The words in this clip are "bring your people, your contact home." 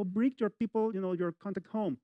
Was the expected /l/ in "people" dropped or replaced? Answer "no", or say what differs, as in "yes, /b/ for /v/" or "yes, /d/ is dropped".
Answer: yes, /n/ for /l/